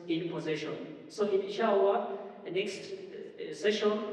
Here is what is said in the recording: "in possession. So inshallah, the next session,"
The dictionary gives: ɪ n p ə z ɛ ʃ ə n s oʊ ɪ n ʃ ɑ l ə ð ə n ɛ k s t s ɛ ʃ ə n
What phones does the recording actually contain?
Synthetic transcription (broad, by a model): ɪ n p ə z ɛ ʃ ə n s oʊ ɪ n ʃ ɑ w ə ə n ɛ k s t s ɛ ʃ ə n